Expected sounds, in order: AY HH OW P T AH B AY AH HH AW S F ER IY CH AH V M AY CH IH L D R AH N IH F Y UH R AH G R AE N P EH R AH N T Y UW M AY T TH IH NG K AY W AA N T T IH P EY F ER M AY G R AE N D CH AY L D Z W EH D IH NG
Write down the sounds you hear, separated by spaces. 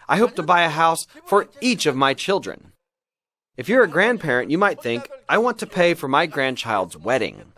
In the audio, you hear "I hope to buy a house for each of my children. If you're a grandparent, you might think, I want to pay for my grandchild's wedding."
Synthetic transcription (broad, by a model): AY HH OW P T AH B AY AH HH AW S F ER IY CH AH V M AY CH IH L D R AH N IH F Y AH R AH G R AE N P EH R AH N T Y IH M AY T TH IH NG K AY W AA N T T IH P EY F ER M AY G R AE N CH AY L D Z W EH D IH NG